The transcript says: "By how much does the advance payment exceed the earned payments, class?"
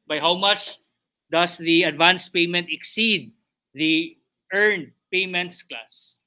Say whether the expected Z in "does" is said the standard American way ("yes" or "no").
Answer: no